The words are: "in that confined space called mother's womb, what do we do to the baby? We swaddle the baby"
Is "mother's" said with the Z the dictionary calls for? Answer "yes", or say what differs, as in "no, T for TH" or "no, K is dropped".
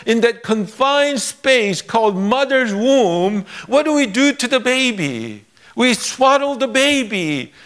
yes